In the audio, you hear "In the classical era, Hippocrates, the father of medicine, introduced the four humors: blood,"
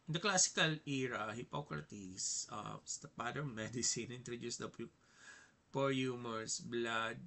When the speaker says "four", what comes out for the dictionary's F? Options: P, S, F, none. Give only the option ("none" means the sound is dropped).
P